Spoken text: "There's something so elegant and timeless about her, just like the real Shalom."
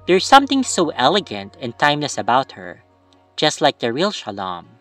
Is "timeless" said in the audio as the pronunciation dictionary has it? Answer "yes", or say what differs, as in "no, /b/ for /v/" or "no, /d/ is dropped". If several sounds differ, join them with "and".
yes